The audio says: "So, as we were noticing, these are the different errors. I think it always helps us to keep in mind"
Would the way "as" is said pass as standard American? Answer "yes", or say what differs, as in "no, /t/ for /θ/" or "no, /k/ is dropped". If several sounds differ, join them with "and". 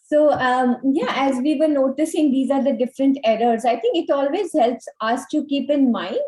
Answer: yes